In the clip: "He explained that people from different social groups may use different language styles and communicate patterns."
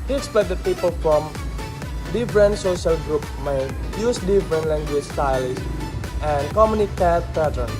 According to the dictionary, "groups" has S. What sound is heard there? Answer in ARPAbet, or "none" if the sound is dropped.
none